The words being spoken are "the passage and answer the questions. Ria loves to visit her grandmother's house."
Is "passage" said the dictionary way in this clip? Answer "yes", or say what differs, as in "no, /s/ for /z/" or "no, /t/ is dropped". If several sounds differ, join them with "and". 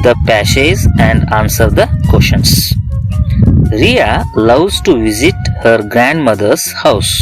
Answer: no, /ʃ/ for /s/ and /z/ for /dʒ/